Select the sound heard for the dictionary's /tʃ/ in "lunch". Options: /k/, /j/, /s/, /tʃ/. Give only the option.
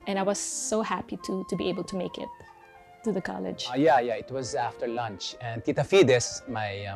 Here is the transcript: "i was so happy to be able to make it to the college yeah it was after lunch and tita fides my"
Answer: /tʃ/